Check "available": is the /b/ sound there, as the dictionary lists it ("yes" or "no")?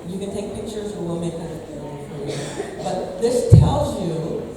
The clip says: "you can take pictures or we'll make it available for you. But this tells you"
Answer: no